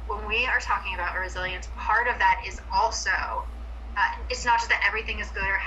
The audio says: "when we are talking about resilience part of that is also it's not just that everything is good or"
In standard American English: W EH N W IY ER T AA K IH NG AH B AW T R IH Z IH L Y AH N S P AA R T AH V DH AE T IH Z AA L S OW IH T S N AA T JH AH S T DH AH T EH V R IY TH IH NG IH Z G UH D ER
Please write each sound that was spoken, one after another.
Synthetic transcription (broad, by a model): W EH N W IY ER T AA K IH NG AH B AW T R IH Z IH L Y AH N S P AA R T AH V DH AE T IH Z AA L S OW IH T S N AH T ZH AH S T DH AH T EH V R IY TH IH NG IH Z G UH D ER